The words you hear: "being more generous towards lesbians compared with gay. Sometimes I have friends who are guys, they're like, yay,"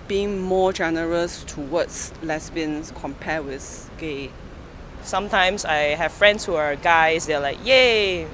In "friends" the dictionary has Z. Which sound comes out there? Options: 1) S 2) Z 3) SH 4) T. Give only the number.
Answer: 1